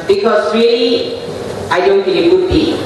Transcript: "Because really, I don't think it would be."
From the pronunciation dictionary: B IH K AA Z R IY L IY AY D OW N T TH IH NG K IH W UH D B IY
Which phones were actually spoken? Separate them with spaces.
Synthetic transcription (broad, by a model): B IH K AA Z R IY L IY AY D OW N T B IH K IH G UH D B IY